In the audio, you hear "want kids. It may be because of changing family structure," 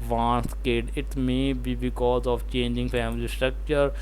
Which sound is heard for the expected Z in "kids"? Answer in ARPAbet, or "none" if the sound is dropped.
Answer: none